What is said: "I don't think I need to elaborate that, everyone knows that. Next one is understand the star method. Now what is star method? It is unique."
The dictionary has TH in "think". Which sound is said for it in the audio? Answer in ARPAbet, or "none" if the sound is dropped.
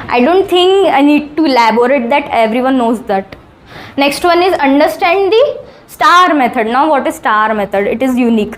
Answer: T